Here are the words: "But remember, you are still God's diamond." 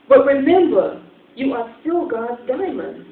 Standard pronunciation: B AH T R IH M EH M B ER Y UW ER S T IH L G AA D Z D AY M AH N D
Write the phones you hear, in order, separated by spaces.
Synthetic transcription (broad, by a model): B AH T R IH M EH M B ER Y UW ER S T IH L G AA D Z D AY M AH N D